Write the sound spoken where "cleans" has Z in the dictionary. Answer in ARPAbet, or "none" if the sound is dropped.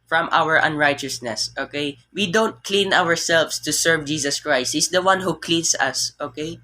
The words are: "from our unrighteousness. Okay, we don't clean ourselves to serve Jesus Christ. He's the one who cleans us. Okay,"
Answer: S